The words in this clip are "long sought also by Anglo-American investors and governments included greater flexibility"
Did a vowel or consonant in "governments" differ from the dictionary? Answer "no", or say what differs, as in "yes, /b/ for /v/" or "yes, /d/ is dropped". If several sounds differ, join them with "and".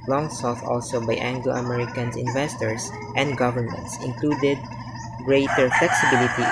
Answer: no